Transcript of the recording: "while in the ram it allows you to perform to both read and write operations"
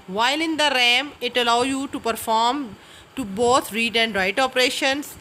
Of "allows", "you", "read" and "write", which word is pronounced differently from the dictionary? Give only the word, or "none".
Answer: allows